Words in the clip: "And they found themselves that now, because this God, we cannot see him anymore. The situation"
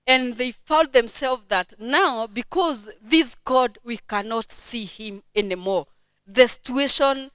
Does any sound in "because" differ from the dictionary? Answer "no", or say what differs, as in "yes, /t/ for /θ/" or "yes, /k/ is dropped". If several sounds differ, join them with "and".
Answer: no